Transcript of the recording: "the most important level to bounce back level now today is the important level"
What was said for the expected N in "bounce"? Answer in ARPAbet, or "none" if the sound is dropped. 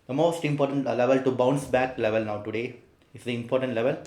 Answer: N